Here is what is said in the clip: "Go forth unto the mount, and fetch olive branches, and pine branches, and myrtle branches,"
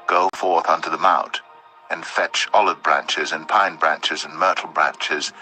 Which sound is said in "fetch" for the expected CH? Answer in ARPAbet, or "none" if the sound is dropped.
CH